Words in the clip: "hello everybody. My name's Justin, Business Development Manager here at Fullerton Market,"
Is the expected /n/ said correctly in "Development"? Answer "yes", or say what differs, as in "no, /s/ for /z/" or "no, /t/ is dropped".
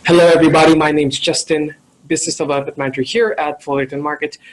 no, /n/ is dropped